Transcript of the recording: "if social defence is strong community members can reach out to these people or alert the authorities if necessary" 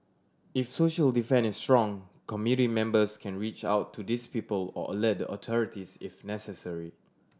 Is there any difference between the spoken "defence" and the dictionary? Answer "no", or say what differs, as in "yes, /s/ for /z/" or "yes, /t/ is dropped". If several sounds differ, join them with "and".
yes, /s/ is dropped